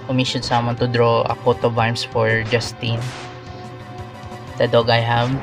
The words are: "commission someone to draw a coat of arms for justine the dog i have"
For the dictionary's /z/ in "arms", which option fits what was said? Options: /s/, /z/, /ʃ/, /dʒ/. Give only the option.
/s/